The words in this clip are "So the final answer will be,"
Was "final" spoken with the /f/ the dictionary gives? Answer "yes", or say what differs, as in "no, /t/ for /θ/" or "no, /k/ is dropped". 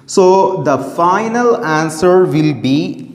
yes